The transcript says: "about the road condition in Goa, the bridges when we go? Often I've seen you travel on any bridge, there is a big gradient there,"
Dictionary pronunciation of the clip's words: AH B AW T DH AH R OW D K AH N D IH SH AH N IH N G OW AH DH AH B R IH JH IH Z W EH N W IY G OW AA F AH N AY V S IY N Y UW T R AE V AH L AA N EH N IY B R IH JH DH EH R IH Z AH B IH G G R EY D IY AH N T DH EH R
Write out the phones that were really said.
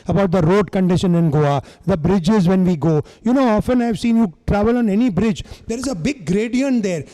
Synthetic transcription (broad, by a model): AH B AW T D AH R OW D K AH N D IH SH AH N IH N G OW AH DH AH B R IH JH IH Z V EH N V IY G OW AA F AH N AY V S IY N Y UW T R AE V AH L AA N EH N IY B R IH JH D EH R IH Z AH B IH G G R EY D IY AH N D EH R